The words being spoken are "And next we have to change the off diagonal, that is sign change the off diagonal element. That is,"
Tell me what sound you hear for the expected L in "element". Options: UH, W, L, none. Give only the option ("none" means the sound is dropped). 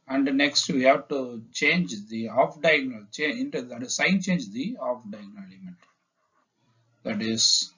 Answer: none